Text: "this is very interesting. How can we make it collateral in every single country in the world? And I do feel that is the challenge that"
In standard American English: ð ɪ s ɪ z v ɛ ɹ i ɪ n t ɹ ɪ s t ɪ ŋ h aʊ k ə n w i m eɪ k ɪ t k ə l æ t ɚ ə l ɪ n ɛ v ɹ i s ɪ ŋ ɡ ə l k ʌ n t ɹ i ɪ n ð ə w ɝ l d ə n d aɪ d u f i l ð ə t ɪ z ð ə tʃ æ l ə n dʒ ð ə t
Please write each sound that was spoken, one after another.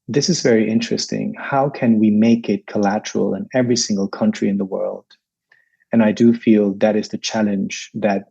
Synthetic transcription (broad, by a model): ð ɪ s ɪ z v ɛ ɹ i ɪ n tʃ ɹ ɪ s t ɪ ŋ h aʊ k ə n w i m eɪ k ɪ t k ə l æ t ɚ l ɪ n ɛ v ɹ i s ɪ ŋ ɡ l k ʌ n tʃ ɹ i ɪ n ð ə w ɝ l d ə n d aɪ d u f i l ð ə t ɪ z ð ə tʃ æ l ə n dʒ ð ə t